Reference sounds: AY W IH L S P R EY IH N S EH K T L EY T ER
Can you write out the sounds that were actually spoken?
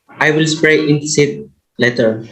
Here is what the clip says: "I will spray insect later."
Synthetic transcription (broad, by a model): AY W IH L S P R EY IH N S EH T L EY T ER